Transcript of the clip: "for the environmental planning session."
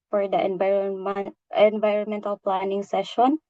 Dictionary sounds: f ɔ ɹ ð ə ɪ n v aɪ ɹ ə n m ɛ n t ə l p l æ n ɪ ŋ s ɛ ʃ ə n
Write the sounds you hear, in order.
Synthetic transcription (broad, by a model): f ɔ ɹ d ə ɪ n v aɪ ɹ ə n m ɛ n t ə l p l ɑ n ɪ ŋ s ɛ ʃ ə n